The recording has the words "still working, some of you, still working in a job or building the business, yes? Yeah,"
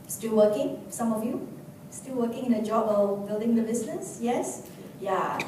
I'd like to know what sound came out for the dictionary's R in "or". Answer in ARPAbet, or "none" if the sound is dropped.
L